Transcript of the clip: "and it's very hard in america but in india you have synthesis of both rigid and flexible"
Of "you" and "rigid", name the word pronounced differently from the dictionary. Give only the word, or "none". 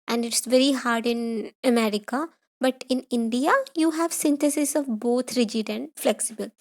none